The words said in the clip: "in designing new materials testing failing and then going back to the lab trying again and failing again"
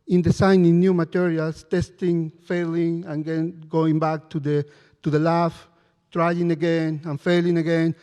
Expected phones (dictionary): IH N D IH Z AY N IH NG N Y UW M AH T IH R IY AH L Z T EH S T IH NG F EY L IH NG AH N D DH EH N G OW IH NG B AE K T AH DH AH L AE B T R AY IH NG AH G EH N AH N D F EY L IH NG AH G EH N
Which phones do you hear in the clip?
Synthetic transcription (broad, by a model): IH N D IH S AY N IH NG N Y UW M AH T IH R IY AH L S T EH S T IH NG F EY L IH NG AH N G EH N G OW IH NG B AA K T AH DH AH L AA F T R AY IH NG AH G EH N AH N F EY L IH NG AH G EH N